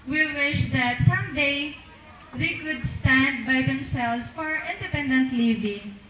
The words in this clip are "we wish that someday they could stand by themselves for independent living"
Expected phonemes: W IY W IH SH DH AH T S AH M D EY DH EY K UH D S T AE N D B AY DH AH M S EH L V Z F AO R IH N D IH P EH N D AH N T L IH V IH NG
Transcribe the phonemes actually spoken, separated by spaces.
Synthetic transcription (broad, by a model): W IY W IH SH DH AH T S AH M D EY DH EY K UH D S T AE N D B AY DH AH M S EH L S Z F AO R IH N D IH P EH N D AH N T L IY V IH NG